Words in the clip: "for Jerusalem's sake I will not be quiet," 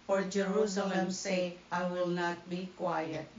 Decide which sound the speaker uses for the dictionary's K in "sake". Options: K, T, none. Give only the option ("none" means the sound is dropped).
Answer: none